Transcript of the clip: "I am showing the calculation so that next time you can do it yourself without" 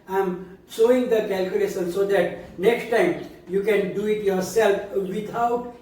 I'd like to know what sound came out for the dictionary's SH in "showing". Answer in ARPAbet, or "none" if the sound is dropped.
S